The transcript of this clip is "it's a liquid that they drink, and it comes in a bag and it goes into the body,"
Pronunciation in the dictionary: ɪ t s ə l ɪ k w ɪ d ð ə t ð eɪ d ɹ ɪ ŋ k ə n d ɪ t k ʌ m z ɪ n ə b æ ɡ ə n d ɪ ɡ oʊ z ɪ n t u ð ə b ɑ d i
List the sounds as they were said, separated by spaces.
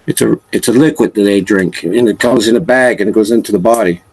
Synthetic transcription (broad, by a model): ɪ t s ə l ɪ k w ɪ d ð ə t ð eɪ d ɹ ɪ ŋ k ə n ɪ t k ʌ m z ɪ n ə b æ ɡ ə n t ɡ oʊ z ɪ n t u ð ə b ɑ d i